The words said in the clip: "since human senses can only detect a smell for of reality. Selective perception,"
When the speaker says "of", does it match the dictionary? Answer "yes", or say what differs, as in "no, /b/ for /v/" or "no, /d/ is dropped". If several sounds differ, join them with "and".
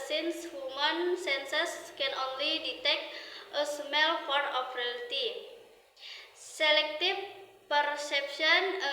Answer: no, /p/ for /v/